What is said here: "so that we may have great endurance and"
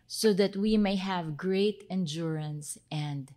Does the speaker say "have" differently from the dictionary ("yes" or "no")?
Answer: no